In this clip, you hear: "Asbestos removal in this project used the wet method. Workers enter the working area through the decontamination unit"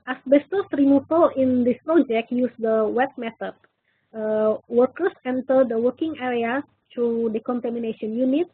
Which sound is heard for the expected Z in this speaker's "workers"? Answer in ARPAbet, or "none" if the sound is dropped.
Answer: S